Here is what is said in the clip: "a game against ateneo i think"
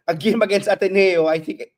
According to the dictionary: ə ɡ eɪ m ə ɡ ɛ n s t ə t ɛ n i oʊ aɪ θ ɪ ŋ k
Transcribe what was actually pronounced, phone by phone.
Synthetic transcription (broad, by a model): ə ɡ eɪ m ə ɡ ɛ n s ə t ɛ n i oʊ aɪ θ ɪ ŋ k